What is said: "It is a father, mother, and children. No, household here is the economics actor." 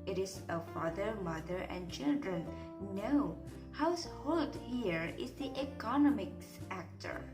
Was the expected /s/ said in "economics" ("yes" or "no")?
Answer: yes